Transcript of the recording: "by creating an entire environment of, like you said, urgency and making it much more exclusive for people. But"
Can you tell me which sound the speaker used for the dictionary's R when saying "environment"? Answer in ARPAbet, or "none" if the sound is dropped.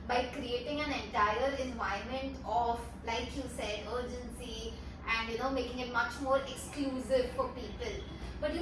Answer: none